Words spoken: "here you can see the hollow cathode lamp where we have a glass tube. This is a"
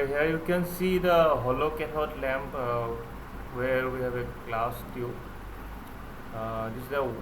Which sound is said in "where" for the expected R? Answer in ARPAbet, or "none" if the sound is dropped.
R